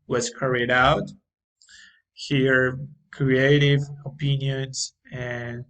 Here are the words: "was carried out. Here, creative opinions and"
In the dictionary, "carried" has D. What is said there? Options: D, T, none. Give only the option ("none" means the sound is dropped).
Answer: D